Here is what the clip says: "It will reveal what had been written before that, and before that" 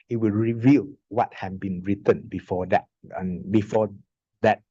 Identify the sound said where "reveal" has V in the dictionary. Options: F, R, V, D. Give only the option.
V